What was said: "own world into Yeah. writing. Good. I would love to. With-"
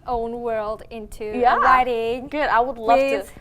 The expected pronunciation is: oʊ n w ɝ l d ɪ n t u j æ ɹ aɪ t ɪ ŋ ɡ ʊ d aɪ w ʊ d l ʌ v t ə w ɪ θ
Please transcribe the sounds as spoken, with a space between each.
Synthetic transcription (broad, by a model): oʊ n w ɝ l d ɪ n t u j æ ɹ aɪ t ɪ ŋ ɡ ʊ d aɪ w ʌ d l ʌ v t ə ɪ